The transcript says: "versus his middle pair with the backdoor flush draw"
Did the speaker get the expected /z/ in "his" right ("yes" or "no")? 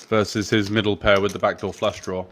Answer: yes